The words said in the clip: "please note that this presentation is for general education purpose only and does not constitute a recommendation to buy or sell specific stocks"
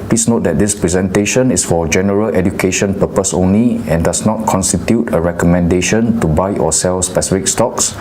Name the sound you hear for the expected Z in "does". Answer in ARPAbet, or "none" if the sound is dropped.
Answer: S